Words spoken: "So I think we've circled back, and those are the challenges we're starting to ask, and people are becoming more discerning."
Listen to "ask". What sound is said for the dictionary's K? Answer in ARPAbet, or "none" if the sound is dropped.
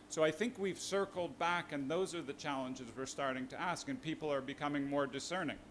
K